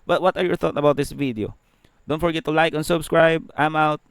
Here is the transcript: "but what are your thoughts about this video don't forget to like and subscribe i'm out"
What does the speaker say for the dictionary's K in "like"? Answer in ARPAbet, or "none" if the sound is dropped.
K